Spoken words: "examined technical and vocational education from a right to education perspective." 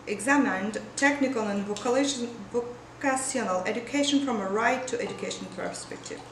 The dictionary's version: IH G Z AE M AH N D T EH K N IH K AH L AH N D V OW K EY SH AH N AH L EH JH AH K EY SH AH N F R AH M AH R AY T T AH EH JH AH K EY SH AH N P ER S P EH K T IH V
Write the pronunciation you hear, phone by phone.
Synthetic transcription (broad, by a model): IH G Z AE M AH N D T EH K N IH K AH L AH N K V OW K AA S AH N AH L EH JH AH K EY SH AH N F R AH M AH R AY T T EH JH AH K EY SH AH N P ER S P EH K T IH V